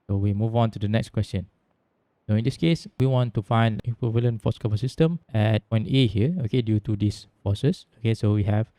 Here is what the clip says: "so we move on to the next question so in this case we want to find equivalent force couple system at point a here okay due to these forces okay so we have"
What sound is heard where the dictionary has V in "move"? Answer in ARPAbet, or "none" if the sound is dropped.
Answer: V